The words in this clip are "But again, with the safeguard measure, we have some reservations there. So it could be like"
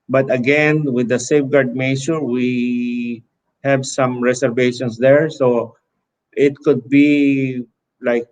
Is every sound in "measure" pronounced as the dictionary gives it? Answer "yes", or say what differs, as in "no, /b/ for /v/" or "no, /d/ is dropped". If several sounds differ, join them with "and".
no, /s/ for /ʒ/